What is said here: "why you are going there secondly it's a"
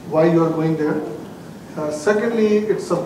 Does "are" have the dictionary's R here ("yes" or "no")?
yes